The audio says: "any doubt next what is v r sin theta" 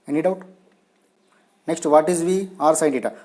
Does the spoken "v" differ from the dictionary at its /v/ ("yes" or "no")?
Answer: no